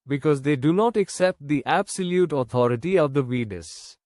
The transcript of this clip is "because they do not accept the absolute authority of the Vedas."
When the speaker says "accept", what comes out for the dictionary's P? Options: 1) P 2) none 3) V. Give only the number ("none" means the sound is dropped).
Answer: 1